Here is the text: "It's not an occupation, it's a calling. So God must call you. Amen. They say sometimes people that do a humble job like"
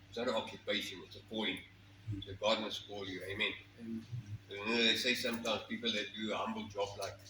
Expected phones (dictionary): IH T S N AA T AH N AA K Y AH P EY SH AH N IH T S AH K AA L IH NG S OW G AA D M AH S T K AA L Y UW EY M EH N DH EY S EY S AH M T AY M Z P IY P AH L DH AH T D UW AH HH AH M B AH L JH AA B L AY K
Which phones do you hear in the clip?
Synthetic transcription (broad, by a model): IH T S N AA T AH N AA K Y AH P EY SH AH N IH T S AH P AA IH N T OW G AA D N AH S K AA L Y UW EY M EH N DH EY S EY S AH M T AY M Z P IY P AH L DH AH T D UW AH HH AH M B AH L JH AA B L AY K